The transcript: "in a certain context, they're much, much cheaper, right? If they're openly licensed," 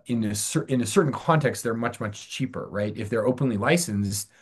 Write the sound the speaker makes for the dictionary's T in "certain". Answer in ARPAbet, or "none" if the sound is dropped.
S